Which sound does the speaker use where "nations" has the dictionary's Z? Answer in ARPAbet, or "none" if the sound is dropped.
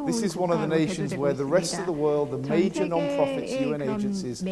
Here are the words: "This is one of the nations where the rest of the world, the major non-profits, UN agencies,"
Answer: Z